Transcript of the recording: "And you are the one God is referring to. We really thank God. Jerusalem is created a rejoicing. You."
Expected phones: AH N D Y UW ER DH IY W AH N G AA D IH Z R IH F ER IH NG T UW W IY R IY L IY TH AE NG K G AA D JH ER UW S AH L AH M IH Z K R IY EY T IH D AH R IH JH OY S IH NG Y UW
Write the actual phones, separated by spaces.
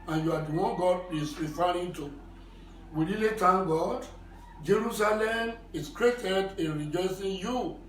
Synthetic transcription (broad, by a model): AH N Y UW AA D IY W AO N G AA D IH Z R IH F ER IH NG T UW W IY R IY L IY T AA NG G AA D JH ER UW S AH L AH M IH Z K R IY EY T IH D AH R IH JH OY S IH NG Y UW